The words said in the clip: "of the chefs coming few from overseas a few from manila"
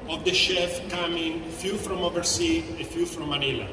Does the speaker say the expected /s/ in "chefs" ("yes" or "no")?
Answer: no